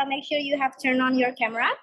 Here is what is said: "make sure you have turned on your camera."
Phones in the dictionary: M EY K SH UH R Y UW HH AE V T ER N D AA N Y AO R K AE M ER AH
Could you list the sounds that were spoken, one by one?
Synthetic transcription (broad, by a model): M EY K SH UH R Y UW HH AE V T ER N AA N Y AO R K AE M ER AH